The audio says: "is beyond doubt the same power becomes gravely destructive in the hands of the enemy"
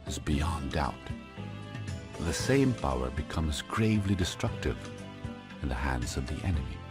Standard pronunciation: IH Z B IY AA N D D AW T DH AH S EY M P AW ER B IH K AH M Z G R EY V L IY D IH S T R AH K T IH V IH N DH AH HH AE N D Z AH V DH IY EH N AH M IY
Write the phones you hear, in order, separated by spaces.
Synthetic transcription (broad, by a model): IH Z B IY AA N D D AW T DH AH S EY M P AW ER B IH K AH M Z G R EY V L IY D IH S T R AH K T IH V IH N DH AH HH AE N D Z AH V DH IY EH N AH M IY